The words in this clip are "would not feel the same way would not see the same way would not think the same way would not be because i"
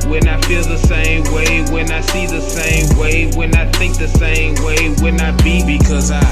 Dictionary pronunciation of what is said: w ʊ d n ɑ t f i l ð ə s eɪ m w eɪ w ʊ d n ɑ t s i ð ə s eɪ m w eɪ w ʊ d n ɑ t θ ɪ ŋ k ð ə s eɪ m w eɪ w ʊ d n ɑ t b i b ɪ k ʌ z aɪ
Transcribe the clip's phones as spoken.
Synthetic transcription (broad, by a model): w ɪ n ɑ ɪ f i l ð ə s eɪ m w eɪ w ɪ n ɑ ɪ s i ð ə s eɪ m w eɪ w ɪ n ɑ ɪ θ ɪ ŋ k ð ə s eɪ m w eɪ w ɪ n ɑ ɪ b i b ɪ k ʌ z aɪ